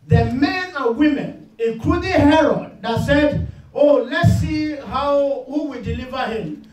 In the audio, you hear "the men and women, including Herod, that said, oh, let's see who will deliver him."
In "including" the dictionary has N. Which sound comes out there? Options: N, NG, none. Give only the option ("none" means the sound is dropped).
none